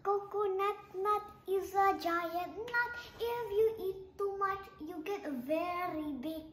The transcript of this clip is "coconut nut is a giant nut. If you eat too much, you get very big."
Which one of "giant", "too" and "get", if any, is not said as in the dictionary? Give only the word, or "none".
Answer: giant